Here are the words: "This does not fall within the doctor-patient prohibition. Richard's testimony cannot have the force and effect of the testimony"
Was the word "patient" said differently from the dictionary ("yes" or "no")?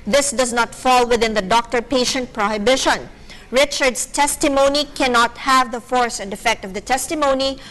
no